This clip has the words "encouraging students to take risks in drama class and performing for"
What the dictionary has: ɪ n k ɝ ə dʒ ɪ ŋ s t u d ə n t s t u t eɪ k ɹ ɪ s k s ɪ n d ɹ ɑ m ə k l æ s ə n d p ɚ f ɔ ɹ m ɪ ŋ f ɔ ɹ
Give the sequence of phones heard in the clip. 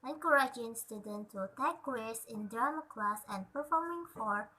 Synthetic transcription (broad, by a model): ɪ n k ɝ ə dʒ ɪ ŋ s t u d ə n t t u t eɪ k w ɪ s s ɪ n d ɑ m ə k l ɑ s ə n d p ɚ f ɔ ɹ m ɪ ŋ f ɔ ɹ